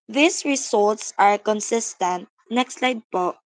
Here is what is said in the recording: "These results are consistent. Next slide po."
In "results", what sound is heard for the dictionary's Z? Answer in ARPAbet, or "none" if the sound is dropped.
S